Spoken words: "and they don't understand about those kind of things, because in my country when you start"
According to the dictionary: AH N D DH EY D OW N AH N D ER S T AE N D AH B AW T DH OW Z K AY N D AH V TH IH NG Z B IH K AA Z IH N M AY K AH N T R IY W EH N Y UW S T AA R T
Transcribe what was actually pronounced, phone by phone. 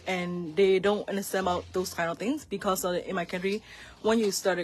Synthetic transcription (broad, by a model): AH N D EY D OW N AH N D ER S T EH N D AH B AW T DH OW S K AY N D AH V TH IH NG S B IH K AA S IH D M AY K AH N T R IY W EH N Y UW S T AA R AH